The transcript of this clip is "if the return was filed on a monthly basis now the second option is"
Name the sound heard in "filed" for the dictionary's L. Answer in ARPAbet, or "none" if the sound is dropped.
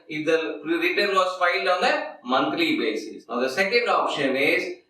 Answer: L